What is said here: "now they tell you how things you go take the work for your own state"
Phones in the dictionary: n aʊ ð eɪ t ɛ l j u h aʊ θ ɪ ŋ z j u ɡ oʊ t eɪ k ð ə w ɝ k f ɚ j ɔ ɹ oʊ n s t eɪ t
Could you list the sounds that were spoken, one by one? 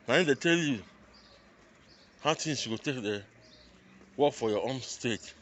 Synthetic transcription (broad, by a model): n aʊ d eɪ t ɛ l j u h aʊ t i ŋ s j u ɡ oʊ t eɪ k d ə w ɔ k f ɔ j ɔ oʊ n s t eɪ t